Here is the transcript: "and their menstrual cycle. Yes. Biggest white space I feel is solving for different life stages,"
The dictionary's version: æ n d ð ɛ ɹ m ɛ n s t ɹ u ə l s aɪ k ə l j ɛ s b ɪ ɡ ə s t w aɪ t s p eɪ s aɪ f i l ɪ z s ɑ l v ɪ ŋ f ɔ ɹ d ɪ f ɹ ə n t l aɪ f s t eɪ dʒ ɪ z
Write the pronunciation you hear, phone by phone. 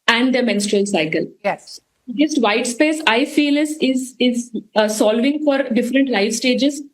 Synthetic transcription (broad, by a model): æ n d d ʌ m ɛ n s t ɹ u ə l s aɪ k ə l j ɛ s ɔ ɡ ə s t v aɪ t s p eɪ s aɪ f i l ɪ z s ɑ l v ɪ ŋ f ɔ ɹ d ɪ f ɹ ə n t l aɪ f s t eɪ dʒ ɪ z